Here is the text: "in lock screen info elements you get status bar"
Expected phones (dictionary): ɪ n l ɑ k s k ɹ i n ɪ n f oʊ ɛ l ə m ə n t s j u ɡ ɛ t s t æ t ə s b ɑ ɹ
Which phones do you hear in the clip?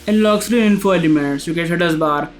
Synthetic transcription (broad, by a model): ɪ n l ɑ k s ɹ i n ɪ n f oʊ ɛ l ə m ə n t s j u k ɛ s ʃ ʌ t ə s b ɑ ɹ